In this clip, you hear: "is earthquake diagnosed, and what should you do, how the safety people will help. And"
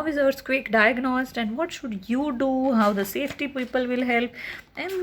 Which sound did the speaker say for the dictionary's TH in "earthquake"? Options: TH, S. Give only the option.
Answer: S